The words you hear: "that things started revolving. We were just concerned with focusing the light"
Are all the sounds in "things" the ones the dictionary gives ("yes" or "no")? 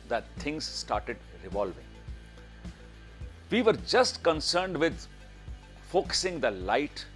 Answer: no